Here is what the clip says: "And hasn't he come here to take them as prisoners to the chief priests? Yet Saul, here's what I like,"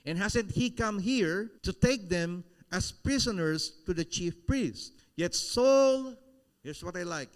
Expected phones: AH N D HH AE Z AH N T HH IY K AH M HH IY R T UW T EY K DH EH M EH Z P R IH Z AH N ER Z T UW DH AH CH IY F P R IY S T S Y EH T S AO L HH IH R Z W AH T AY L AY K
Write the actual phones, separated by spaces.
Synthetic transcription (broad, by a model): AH N HH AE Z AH N T HH IY K AH M HH IY R T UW T EY K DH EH M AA S P R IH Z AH N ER S T UW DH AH CH IY F P R IY S T Y EH T S AO L HH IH R S W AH T AY L AY K